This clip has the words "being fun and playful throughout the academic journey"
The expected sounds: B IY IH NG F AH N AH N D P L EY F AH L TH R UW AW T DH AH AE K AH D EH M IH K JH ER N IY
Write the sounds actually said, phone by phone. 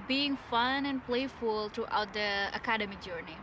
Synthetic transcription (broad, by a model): B IY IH NG F AH N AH N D P L EY F AH L T R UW AW T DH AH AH K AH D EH M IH JH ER N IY